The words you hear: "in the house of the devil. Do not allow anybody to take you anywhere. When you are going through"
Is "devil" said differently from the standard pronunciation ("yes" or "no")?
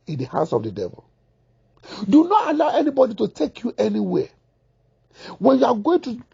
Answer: no